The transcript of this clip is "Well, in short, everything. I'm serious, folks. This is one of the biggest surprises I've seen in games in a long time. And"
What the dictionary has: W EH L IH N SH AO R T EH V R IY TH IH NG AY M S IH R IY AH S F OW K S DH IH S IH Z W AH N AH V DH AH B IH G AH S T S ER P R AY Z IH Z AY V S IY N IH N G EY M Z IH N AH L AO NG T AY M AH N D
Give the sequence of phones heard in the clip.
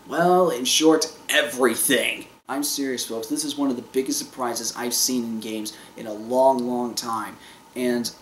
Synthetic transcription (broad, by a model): W EH L IH N SH AO R T EH V R IY TH IH NG AY M S IH R IY AH S F OW K S DH IH S IH Z W AH N AH V DH AH B IH G AH S T S ER P R AY Z IH Z AY V S IY N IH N G EY M Z IH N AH L AO NG T AY M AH N